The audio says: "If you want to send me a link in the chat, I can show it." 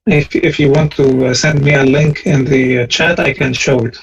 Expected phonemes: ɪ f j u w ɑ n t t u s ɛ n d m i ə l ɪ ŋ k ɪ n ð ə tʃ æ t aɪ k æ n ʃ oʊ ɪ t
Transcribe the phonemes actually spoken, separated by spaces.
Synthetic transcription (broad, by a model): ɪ f j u w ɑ n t t u s ɛ n d m i ə l ɪ ŋ k ɪ n ð ə tʃ æ t aɪ k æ n ʃ oʊ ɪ t